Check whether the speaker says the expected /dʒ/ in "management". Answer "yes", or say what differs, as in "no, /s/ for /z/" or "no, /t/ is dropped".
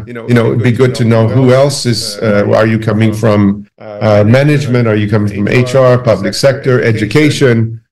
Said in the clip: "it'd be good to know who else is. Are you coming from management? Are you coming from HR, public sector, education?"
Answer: yes